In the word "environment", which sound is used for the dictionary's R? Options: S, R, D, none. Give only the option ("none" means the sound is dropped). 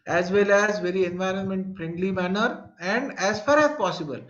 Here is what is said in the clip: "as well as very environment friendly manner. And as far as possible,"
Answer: R